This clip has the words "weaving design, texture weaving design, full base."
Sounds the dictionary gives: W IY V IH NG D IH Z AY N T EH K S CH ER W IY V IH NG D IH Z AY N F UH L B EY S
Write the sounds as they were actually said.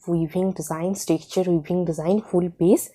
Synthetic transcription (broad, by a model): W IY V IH NG D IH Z AY N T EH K CH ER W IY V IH NG D IH Z AY N F UH L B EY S